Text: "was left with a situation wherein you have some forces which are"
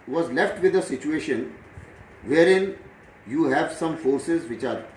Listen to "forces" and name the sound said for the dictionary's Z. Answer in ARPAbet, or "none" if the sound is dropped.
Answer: Z